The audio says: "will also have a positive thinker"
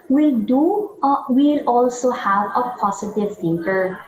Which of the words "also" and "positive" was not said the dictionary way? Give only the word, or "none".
positive